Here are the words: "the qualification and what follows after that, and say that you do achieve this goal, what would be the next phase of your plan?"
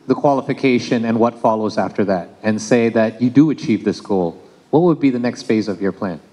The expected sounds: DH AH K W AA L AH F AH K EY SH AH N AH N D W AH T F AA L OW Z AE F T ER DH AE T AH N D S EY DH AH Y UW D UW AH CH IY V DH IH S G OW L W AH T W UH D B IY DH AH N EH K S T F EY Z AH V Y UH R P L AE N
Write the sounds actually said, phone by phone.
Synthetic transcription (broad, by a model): DH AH K W AA L AH F AH K EY SH AH N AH N W AH T F AA L OW Z AE F T ER DH AE T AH N S EY DH AH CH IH D AH CH IY V DH IH S G OW L W AH T W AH D B IY DH AH N EH K S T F EY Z AH V Y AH R P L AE N